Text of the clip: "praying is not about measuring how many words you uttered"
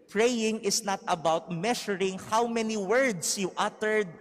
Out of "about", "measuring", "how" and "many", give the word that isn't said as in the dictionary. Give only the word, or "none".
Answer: measuring